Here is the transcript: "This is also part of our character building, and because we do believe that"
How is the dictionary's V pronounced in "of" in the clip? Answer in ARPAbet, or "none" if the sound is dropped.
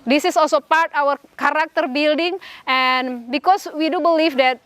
W